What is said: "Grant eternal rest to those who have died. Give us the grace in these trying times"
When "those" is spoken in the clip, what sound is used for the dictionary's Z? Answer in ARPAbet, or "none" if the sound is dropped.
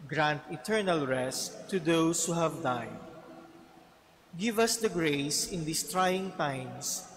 S